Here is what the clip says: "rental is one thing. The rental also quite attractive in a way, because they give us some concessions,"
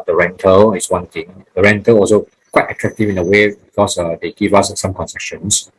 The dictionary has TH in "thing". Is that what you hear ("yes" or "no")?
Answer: no